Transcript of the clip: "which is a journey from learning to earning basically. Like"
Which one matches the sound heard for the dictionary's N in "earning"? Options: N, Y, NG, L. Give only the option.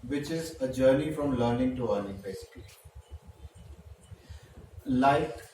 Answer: L